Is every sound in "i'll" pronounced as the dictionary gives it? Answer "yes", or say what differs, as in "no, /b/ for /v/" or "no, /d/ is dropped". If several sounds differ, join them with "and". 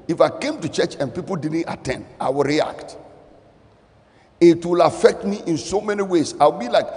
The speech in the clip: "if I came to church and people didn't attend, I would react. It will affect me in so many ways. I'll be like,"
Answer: no, /w/ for /l/